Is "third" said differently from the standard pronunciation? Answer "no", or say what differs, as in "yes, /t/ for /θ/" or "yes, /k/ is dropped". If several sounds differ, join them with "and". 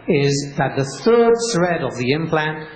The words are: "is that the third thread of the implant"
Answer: no